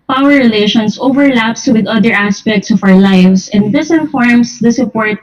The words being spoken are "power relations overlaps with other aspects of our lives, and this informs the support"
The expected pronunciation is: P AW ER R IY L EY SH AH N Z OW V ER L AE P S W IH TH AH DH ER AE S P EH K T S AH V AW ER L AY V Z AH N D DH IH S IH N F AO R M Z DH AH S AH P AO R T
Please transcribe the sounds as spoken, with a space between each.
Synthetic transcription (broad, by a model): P AW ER R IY L EY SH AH N S OW V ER L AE P S W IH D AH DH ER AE S P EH K T S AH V AW ER L AY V S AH N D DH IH S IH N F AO R M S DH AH S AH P AO R T